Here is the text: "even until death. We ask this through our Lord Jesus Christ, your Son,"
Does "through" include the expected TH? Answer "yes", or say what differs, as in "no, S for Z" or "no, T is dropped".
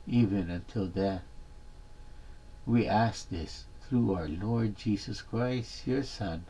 yes